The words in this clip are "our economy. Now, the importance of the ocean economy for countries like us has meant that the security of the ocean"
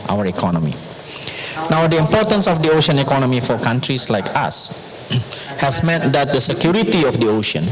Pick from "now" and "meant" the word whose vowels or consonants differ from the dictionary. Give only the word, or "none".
meant